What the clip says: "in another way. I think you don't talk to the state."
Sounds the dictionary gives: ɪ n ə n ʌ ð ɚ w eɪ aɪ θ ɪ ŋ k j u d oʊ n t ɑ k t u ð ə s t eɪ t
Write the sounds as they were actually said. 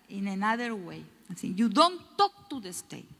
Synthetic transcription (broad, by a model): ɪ n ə n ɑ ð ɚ w eɪ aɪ s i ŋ j u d oʊ n t ɑ k t u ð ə s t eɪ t